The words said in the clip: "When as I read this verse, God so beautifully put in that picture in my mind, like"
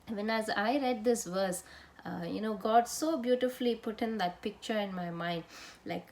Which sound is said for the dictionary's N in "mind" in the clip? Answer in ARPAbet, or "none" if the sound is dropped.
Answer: N